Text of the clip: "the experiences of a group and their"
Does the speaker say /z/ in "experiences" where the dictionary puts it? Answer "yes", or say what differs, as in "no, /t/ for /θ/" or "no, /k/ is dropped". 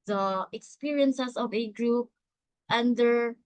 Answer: no, /s/ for /z/